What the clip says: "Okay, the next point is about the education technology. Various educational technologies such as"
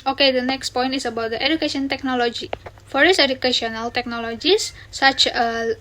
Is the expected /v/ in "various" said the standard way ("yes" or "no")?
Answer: no